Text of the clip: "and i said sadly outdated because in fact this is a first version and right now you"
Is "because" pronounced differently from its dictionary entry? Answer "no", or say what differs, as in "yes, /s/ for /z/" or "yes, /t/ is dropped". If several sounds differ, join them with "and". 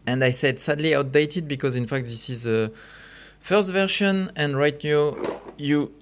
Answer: no